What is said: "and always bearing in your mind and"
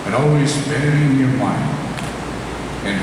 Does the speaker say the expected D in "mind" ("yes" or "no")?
no